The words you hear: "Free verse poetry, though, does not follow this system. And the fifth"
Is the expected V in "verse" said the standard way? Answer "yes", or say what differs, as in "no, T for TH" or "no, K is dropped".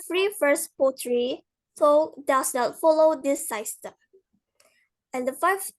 no, F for V